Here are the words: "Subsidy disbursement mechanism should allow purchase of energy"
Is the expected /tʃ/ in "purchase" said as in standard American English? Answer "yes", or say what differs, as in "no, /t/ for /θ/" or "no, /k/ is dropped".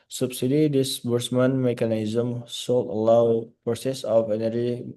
no, /s/ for /tʃ/